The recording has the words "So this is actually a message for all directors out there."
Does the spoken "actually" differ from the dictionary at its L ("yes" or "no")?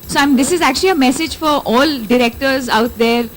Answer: no